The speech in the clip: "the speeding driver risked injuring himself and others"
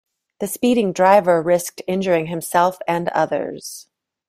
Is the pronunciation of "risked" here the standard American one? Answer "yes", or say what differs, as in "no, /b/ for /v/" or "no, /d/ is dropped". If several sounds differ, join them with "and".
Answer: yes